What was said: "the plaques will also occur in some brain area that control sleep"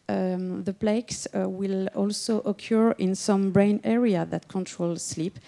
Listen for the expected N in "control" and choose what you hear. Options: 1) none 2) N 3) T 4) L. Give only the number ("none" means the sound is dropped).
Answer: 2